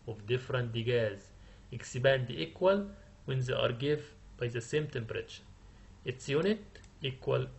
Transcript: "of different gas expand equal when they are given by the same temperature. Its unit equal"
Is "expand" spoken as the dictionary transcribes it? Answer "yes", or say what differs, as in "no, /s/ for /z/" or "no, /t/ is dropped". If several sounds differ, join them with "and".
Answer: no, /b/ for /p/